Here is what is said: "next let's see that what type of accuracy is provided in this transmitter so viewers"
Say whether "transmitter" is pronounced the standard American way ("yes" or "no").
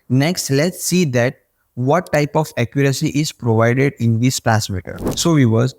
no